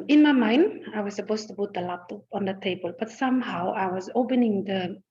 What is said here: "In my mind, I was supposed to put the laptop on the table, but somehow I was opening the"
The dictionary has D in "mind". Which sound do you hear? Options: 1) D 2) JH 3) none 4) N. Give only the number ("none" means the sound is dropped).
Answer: 1